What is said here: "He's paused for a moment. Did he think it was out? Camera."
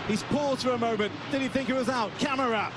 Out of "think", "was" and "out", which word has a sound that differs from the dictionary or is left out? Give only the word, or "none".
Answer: none